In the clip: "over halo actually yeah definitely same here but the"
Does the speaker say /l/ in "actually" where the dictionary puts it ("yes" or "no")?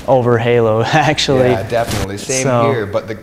no